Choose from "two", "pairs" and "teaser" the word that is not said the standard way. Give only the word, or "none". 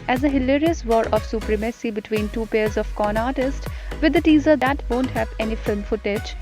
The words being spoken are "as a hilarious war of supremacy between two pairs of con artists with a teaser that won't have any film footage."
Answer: none